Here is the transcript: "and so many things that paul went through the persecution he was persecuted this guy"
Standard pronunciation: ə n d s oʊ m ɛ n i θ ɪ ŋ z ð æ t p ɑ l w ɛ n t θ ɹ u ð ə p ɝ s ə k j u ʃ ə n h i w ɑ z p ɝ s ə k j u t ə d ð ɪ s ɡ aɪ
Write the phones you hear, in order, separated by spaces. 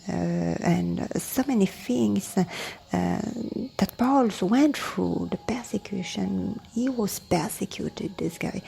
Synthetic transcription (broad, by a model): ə n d s oʊ m ɛ n i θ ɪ ŋ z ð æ t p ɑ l w ɛ n t f ɹ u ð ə p ɝ s ə k j u ʃ ə n h i w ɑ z p ɝ s ə k j u t ə d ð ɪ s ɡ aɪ